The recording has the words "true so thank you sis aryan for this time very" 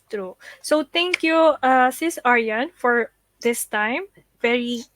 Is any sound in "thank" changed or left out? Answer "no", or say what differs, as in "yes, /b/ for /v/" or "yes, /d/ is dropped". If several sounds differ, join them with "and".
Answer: yes, /t/ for /θ/